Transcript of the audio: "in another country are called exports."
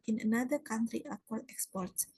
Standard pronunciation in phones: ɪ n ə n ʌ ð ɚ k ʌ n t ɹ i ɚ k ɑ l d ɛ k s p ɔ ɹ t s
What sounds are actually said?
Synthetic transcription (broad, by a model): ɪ n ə n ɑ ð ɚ k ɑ n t ɹ i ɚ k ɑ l ɛ k s p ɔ ɹ t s